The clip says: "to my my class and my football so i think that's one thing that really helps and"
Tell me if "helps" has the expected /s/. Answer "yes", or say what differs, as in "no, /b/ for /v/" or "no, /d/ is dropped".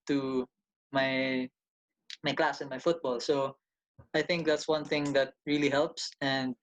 yes